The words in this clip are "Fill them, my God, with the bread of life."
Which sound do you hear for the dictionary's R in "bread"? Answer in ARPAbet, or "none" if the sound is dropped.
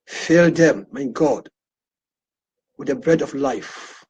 R